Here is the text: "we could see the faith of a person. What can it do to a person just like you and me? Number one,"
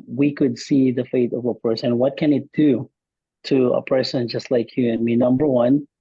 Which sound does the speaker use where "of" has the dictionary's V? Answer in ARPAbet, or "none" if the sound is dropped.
V